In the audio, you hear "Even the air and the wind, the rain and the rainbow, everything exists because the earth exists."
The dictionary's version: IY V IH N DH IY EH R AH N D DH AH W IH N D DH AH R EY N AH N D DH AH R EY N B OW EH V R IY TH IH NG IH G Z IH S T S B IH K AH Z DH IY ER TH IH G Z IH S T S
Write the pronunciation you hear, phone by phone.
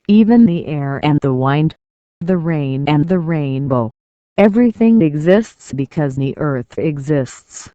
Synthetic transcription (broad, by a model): IY V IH N DH IY EH R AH N DH AH W IH N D DH AH R EY N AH N DH AH R EY N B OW EH V R IY TH IH NG IH G Z IH S T S B IH K AH Z DH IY ER TH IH G Z IH S T S